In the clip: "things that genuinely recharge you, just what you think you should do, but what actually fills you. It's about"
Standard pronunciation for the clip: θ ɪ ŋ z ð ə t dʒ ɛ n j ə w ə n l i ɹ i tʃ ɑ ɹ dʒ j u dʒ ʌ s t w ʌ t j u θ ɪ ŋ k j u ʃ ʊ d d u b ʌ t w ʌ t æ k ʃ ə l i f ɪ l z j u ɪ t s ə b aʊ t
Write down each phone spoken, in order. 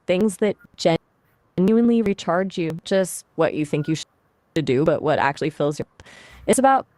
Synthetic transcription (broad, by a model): θ ɪ ŋ z ð ə t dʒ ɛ n j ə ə n l i ɹ i tʃ ɑ ɹ dʒ j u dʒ ʌ s t w ʌ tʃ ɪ θ ɪ ŋ k j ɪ ʃ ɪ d d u b ʌ t w ʌ t æ k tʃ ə l i f ɪ l z j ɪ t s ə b aʊ t